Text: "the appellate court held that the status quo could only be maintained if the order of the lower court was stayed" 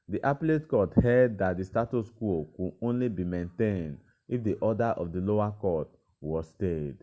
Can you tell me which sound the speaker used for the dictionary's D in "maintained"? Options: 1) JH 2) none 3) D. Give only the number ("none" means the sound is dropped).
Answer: 3